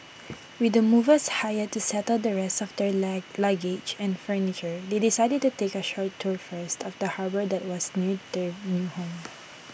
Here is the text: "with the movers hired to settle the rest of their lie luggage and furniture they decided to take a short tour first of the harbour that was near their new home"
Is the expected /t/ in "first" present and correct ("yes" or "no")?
yes